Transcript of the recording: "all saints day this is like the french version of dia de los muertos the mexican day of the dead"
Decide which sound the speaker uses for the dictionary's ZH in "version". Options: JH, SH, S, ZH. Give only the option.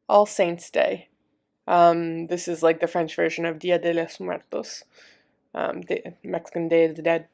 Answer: ZH